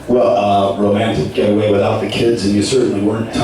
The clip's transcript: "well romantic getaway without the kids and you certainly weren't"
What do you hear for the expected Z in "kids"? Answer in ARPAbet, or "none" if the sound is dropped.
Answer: Z